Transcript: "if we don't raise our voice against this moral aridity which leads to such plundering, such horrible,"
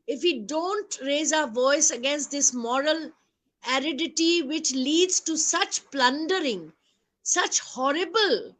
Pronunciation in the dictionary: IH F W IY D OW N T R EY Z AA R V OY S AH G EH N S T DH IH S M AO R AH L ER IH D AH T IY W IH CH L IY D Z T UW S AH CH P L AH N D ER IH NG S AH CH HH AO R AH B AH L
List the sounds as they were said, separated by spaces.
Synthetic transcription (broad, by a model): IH F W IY D OW N T R EY Z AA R V OY S AH G EH N S T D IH S M AO R AH L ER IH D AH T IY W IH CH L IY D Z T UW S AH CH P L AH N D ER IH NG S AH CH HH AO R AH B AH L